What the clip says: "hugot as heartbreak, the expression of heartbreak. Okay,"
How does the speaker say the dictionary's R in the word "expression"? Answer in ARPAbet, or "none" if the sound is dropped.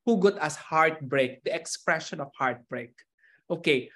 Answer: R